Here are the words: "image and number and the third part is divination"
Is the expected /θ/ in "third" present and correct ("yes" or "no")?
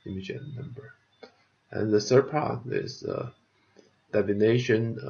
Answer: no